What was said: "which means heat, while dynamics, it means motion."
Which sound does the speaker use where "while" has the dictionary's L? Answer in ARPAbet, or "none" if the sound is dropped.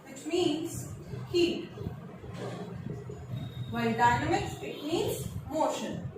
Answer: N